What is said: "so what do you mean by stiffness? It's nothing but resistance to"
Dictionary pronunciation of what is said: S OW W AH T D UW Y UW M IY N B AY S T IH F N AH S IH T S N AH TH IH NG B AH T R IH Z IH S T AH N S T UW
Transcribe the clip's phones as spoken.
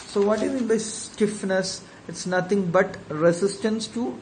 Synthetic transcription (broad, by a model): S OW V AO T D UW Y UW M IY N B AY S T IH F N AH S IH T S N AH T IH NG B AH T R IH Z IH S T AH N S T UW